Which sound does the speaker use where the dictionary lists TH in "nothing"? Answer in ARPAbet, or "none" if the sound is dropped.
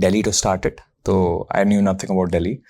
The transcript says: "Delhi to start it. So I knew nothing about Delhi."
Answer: T